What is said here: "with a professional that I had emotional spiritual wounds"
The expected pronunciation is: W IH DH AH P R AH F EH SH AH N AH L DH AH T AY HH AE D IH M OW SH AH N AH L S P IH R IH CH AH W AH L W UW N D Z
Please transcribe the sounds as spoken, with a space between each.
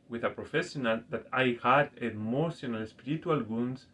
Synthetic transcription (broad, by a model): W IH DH AH P R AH F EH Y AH N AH L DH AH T AY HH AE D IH M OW S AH N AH L S P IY R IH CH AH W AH L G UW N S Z